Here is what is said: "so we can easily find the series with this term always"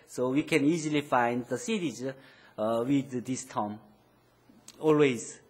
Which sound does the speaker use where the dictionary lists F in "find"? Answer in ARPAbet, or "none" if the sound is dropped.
F